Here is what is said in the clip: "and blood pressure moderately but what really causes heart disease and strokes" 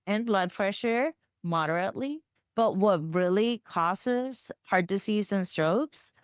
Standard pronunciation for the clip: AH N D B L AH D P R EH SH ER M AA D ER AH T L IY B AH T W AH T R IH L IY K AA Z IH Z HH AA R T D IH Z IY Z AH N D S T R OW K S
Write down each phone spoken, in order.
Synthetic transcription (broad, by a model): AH N B L AH D F R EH SH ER M AA D ER AH T L IY B AH T W AH T R IH L IY K AA S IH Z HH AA R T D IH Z IY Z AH N S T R OW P S